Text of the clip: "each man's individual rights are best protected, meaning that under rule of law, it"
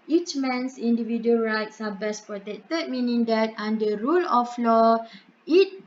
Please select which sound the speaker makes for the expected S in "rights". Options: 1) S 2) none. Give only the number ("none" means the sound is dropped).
1